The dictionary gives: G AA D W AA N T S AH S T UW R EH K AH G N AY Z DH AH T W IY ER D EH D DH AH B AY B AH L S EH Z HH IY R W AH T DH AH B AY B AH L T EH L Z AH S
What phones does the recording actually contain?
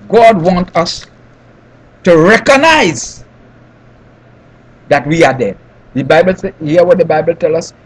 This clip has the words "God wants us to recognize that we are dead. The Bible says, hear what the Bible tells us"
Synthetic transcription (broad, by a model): G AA D W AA N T AH S T UW R EH K AH G N AY Z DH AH T W IY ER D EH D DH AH B AY B AH L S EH HH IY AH W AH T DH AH B AY B AH L T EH L AH S